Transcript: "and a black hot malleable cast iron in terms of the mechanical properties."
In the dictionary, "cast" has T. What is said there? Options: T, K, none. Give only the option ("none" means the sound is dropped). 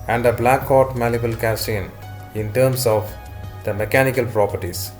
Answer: none